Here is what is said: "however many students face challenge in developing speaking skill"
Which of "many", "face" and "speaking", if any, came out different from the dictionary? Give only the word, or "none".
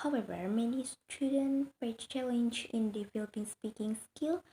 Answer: face